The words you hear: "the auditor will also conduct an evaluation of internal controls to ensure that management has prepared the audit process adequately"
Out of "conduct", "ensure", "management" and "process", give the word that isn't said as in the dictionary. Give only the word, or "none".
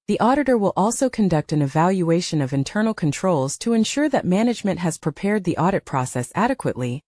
none